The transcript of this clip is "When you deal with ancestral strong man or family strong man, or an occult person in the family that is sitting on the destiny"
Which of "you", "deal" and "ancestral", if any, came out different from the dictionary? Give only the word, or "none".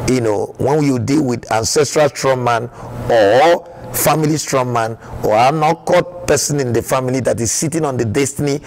none